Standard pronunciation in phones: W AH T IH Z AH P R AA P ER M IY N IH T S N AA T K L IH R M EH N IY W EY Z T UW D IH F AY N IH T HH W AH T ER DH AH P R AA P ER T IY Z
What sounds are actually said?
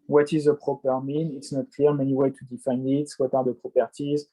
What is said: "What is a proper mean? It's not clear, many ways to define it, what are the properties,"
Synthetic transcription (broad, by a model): W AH T IH Z AH P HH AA P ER M IY N IH T S N AA T K L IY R M EH N IY W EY T UW D IH F AY N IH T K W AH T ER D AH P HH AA P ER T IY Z